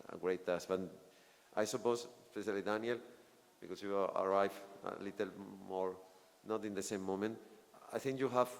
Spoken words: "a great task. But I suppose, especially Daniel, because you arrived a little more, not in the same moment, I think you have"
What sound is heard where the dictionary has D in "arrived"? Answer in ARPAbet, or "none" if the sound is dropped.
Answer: none